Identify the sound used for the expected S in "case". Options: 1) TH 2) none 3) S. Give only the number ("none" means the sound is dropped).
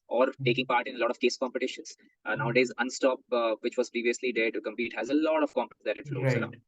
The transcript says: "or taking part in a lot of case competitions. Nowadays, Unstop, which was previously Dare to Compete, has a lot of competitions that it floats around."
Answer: 3